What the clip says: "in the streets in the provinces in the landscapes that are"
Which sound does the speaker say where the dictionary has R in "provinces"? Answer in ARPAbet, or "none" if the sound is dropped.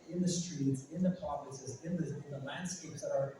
none